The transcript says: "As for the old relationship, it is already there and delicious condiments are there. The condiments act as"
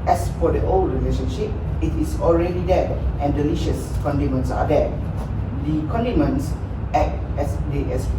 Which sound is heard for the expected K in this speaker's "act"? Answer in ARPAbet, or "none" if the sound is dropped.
none